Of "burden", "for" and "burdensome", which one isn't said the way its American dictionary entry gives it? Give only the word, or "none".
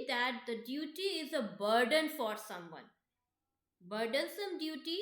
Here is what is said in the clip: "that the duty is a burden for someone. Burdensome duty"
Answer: none